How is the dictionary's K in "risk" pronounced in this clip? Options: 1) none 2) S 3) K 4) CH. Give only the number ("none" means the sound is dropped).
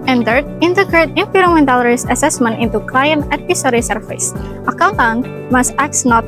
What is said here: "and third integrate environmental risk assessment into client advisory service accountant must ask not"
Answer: 1